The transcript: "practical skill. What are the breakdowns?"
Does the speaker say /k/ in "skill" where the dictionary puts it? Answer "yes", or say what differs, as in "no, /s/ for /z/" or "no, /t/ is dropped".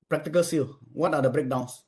no, /k/ is dropped